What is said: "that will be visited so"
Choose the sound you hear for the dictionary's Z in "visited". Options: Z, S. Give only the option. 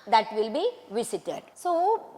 S